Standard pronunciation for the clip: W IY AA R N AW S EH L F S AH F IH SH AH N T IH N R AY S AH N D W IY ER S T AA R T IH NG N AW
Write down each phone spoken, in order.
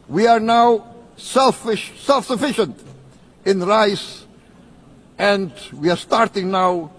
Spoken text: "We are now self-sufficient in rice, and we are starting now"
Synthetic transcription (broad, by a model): W IY AA R N AW S EH L F S AH F IH SH AH N T IH N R AY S AH N D W IY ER S T AA R T IH NG N AW